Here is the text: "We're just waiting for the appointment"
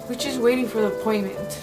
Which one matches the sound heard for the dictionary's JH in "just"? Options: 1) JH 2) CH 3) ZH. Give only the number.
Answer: 2